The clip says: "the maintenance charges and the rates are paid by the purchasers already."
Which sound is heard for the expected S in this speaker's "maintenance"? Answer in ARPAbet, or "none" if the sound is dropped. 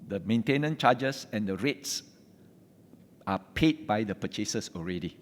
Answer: none